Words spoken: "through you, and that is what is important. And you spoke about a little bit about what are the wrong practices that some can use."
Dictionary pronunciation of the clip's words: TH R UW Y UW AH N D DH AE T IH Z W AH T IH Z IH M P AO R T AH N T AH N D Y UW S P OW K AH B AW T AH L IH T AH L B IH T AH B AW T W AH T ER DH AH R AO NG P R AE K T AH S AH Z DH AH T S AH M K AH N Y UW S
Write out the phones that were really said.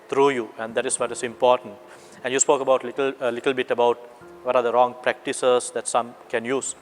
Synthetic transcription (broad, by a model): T R UW Y UW AH N D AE T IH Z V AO T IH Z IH M P AO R T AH N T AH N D Y UW S P OW K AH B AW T AH L IH T AH L B IH T AH B AW T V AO T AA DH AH R AO NG P R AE K T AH S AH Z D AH T S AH M K AH N Y UW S